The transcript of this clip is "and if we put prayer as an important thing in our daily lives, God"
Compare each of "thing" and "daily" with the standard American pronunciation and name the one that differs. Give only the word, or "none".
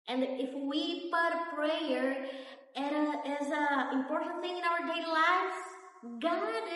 daily